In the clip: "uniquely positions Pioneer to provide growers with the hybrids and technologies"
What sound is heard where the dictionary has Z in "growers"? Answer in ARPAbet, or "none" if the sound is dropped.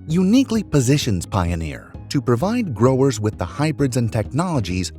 Z